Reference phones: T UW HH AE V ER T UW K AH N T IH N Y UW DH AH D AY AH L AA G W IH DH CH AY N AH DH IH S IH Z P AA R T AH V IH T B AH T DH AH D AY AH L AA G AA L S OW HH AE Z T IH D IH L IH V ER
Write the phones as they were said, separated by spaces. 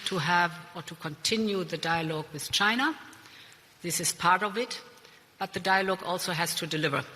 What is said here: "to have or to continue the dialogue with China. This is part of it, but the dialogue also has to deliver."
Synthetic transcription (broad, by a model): T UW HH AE V ER T UW K AH N T IH N Y UW DH AH D AY AH L AA G W IH DH CH AY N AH DH IH S IH Z P AA R T AH V IH T B AH T DH AH D AY AH L AA G AA L S OW HH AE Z T IH D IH L IH V ER